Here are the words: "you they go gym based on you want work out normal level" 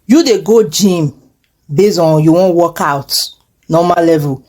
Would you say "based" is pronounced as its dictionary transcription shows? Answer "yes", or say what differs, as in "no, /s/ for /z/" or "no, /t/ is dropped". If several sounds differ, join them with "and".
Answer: no, /t/ is dropped